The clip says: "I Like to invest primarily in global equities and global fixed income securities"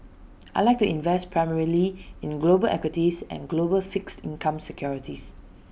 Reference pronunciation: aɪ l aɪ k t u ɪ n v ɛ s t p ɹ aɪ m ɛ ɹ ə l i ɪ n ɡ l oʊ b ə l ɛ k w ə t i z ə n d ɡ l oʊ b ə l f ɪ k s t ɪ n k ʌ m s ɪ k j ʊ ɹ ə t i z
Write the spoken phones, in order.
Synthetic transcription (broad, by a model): aɪ l aɪ k t u ɪ n v ɛ s t p ɹ aɪ m ɛ ɹ ə l i ɪ n ɡ l oʊ b ə l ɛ k w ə t i s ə n ɡ l oʊ b ə l f ɪ k s t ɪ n k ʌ m s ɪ k j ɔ ɹ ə t i s